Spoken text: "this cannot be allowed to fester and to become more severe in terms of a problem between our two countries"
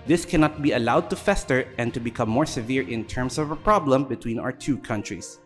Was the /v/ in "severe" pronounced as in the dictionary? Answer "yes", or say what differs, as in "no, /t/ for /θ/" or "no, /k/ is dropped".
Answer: yes